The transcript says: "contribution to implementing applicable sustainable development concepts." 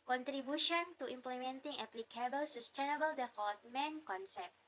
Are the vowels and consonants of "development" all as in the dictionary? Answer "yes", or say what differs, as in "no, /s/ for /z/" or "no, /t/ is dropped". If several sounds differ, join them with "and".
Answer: no, /f/ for /v/